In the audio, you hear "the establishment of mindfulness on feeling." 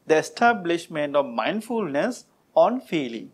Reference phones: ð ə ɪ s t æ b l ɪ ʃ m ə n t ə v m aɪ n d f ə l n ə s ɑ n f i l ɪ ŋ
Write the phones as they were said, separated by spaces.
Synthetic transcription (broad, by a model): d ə ɪ s t æ b l ɪ ʃ m ə n t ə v m aɪ n d f ə l n ə s ɑ n f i l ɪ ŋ